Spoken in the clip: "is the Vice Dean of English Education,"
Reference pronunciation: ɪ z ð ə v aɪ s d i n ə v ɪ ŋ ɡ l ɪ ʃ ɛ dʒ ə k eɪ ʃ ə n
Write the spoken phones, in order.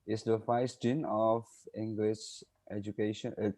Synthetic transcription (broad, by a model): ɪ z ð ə f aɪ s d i n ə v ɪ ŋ ɡ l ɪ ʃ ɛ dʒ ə k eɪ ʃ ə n